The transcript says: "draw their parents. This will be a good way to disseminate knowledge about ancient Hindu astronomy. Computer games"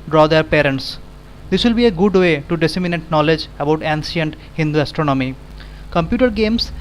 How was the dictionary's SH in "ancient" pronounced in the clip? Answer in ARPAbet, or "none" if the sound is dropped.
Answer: S